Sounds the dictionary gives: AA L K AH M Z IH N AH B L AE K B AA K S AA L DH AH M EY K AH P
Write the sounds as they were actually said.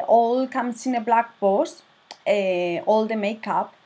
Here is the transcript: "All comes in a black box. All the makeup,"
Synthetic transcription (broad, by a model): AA L K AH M S IH N AH B L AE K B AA S AA L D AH M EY K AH P